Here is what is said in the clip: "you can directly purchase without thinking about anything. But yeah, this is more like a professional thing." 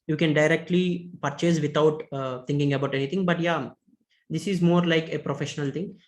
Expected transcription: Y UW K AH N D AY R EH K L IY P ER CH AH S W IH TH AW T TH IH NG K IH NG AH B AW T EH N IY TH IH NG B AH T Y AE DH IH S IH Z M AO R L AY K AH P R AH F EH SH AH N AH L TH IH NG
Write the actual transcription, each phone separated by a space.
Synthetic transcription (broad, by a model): Y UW K AH N D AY R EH K L IY P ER CH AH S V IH T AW T T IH NG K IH NG AH B AW T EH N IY T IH NG B AH T Y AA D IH S IH Z M AO R L AY K AH P R AH F EH SH AH N AH L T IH NG